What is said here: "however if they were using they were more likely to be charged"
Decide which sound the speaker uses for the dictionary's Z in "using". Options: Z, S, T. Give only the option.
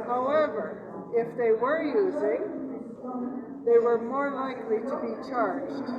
Z